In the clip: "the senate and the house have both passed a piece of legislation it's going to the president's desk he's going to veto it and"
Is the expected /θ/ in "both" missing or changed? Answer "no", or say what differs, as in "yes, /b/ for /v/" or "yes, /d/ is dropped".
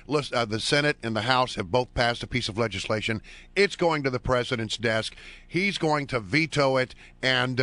no